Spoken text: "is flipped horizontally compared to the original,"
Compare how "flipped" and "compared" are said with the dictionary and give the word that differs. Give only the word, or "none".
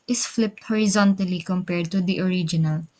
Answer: none